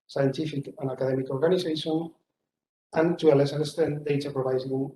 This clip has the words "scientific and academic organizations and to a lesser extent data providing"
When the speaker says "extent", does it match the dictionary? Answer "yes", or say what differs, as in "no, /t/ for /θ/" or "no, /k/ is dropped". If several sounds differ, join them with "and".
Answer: no, /k/ is dropped